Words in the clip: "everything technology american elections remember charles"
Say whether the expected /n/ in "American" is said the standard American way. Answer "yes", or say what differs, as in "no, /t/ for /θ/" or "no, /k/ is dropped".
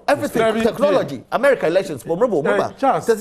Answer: no, /n/ is dropped